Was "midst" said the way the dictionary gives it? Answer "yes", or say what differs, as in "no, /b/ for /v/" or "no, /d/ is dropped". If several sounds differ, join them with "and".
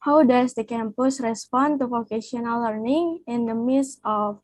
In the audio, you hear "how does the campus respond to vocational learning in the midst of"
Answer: no, /t/ is dropped